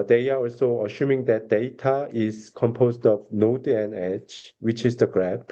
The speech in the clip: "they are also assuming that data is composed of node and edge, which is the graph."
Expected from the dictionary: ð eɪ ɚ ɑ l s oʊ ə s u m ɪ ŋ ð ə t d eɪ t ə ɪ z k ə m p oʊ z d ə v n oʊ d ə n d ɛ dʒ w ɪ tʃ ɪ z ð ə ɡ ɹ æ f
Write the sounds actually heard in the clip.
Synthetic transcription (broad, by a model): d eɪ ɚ ɑ l s oʊ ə ʃ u m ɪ ŋ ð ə t d eɪ t ə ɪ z k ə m p oʊ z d ə v n oʊ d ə n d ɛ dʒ w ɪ tʃ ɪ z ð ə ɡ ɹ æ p